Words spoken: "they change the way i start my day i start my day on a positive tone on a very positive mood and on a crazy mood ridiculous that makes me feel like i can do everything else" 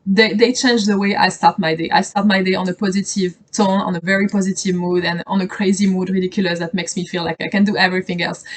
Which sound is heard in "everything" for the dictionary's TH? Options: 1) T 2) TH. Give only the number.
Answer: 2